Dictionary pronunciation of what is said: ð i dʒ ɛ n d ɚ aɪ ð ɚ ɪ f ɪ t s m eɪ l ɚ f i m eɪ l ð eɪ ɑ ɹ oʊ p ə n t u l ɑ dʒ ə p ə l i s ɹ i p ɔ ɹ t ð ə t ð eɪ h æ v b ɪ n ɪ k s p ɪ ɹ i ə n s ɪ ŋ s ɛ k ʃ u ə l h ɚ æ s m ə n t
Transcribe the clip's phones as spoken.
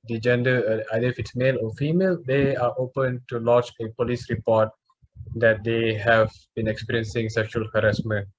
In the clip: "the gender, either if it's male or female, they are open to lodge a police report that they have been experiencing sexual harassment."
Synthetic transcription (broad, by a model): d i dʒ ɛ n d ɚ aɪ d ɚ ɪ f ɪ t s m eɪ l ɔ f i m eɪ l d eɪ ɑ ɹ oʊ p ə n t u l ɑ tʃ ə p ə l i s ɹ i p ɔ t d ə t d eɪ h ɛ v b ɪ n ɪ k s p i ɹ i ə n s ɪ ŋ s ɛ k ʃ u ə l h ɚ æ s m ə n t